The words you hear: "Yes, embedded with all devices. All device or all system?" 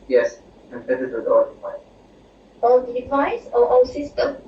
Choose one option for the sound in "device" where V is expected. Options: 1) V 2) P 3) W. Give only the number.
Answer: 2